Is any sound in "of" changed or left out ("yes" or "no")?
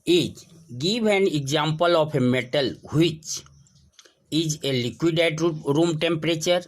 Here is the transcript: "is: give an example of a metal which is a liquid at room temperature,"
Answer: yes